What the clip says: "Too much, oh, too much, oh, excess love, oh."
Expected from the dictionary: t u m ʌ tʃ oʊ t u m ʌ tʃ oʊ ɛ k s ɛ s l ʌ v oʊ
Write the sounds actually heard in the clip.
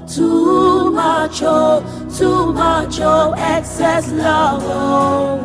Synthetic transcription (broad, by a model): t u m ʌ tʃ oʊ t u m ʌ tʃ oʊ ɛ k s ɛ s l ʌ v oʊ